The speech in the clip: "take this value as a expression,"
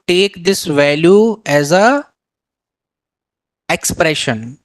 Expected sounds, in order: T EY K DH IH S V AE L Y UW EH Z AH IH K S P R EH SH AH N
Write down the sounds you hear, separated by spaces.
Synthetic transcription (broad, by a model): T EY K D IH S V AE L Y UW EH Z AH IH K S P R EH SH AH N